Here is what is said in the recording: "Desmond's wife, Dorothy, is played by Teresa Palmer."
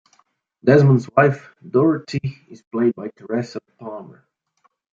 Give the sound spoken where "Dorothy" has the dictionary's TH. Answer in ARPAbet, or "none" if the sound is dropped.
T